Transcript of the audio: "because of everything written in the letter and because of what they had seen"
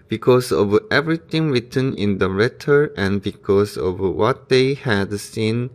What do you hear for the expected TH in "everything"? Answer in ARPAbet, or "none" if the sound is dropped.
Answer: T